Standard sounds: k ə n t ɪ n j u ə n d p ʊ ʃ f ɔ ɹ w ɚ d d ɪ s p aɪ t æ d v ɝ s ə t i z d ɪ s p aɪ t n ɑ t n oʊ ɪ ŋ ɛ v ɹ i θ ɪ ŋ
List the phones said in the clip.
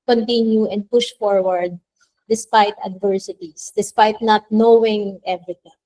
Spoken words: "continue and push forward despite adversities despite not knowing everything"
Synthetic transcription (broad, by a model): k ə n t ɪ n j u ə n d p ʊ ʃ f ɔ ɹ w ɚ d d ɪ s p aɪ t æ d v ɝ s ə t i s d ɪ s p aɪ t n ɑ t n oʊ ɪ ŋ ɛ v ɹ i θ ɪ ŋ